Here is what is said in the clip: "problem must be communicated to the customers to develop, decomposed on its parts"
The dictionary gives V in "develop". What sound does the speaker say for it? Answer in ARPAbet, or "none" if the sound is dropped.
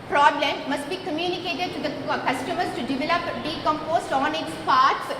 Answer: V